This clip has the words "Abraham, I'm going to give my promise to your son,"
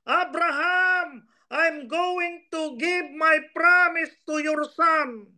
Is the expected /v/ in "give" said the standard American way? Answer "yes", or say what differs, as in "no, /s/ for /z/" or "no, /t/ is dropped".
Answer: no, /b/ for /v/